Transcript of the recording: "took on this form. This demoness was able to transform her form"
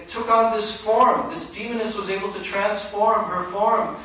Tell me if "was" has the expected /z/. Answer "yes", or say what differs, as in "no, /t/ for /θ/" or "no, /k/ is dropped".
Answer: yes